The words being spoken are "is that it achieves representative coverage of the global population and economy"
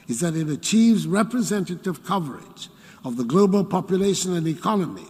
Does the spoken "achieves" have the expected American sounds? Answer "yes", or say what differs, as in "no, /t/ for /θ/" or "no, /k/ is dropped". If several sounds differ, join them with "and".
yes